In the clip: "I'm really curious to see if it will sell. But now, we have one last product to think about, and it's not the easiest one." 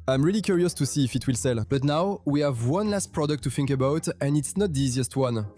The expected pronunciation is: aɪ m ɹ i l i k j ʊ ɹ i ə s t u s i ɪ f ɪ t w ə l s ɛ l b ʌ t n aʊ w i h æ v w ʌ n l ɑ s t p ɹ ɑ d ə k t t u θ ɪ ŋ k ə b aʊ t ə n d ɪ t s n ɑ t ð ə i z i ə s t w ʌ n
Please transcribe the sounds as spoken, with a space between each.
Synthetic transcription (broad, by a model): aɪ m ɹ i l i k j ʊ ɹ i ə s t u s i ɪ f ɪ t w ə l s ɛ l b ʌ t n aʊ w i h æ v w ʌ n l ɑ s t p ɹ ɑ d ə k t t u θ ɪ ŋ k ə b aʊ t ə n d ɪ t s n ɑ t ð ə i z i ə s t w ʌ n